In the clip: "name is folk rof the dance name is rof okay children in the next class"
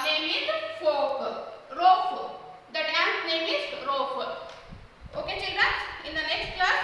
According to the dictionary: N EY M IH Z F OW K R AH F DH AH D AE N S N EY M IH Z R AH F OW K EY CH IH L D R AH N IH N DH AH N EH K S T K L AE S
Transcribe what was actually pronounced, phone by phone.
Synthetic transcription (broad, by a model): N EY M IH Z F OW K R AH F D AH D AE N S N EY M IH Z R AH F OW K EY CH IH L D AH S IH N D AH N EH K S T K L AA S